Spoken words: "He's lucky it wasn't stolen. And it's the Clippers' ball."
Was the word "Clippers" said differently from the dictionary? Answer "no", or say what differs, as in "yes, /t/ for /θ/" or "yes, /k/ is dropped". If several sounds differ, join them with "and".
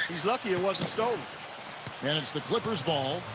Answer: no